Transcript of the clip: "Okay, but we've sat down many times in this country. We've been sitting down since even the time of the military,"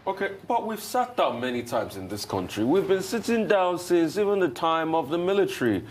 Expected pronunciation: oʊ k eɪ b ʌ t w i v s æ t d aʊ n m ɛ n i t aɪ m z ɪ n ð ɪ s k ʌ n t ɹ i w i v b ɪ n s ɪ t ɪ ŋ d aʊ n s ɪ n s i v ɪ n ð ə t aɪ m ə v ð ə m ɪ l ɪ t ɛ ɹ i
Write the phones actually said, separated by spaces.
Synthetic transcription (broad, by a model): oʊ k eɪ b ʌ t w i v s æ t d aʊ n m ɛ n i t aɪ m z ɪ n ð ɪ s k ʌ n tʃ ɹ i w i v b ɪ n s ɪ t ɪ ŋ d aʊ n s ɪ n s i v ɪ n ð ə t aɪ m ə v ð ə m ɪ l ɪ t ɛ ɹ i